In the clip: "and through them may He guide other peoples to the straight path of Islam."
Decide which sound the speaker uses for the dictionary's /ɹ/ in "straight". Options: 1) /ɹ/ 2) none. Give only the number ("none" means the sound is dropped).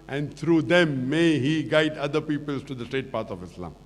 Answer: 2